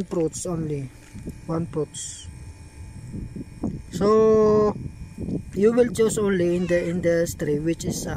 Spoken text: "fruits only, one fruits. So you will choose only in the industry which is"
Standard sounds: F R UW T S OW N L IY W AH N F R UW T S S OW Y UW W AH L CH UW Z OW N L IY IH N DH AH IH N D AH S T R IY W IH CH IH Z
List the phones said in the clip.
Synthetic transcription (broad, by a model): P R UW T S OW N L IY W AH N P R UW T S S OW Y UW W AH L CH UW S OW N L IY IH N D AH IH N D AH S T R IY W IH CH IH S